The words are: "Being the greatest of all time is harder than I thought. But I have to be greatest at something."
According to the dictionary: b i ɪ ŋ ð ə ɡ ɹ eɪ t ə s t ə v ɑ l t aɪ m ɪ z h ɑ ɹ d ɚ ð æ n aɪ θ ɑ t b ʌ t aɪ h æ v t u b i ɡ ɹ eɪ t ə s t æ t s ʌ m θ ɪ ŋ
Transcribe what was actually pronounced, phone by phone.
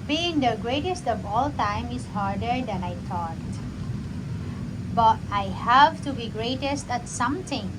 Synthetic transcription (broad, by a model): b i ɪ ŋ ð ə ɡ ɹ eɪ t ə s t ə v ɑ l t aɪ m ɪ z h ɑ ɹ d ɚ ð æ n aɪ t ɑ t b ʌ t aɪ h æ v t u b i ɡ ɹ eɪ t ə s t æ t s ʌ m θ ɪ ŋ